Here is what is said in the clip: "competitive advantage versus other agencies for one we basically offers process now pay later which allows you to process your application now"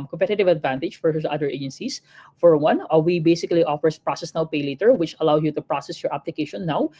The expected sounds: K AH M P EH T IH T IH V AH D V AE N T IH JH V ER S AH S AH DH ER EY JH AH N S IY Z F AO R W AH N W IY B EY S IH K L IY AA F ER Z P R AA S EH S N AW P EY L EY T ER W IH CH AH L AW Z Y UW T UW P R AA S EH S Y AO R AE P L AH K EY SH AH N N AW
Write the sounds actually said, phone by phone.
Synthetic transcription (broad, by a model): K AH M P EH T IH T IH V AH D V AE N T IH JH F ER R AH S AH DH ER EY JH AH N S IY S F AO R W AH N W IY B EY S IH K L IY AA F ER S P R AA S EH S N AW P EY L EY T ER W IH CH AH L AW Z Y UW T UW P R AA S EH S Y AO R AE P L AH K EY SH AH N N AW